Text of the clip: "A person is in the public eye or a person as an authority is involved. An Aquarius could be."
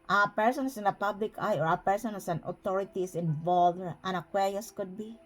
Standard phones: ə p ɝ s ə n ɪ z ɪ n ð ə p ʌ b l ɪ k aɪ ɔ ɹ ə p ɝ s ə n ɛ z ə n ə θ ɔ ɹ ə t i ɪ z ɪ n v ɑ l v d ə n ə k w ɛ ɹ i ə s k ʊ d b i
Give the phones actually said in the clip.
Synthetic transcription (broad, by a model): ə p ɝ s ə n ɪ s ɪ n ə p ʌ b l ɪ k aɪ ɔ ɹ ə p ɝ s ə n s ə n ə t ɔ ɹ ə t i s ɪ n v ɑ l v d ə n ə k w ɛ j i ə s k ʊ d b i